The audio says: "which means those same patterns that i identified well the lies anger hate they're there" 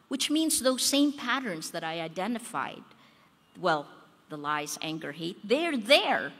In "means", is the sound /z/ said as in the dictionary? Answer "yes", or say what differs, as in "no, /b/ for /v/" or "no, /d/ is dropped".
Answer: yes